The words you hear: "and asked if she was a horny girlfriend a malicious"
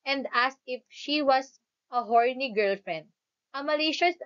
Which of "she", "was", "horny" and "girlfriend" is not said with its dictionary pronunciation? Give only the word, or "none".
was